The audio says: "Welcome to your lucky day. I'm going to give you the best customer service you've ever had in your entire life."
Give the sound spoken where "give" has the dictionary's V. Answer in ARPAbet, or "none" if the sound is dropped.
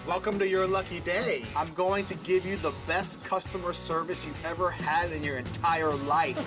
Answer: V